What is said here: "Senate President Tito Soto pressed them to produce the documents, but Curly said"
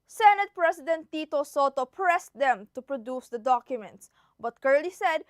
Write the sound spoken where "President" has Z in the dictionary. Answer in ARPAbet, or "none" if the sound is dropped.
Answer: S